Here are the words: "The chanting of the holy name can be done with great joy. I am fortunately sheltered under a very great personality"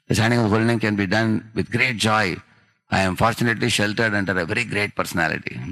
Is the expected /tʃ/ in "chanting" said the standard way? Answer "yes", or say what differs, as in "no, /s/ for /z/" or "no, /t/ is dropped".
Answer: no, /s/ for /tʃ/